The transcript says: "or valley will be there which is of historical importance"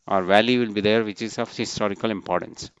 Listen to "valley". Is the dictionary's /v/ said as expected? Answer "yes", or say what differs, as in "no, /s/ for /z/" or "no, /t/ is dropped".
yes